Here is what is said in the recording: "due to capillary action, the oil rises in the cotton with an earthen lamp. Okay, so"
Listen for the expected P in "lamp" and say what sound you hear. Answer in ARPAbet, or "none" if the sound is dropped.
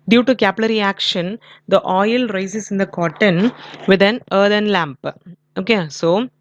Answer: P